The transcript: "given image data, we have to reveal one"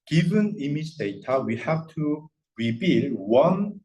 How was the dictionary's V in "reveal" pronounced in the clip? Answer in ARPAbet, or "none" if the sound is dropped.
B